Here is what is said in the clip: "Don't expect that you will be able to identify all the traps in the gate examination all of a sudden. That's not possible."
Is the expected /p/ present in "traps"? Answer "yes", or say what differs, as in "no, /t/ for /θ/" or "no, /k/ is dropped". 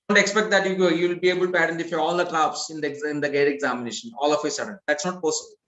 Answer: no, /b/ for /p/